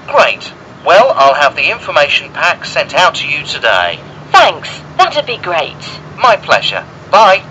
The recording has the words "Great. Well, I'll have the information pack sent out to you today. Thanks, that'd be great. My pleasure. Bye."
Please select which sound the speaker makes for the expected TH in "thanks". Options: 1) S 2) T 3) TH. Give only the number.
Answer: 3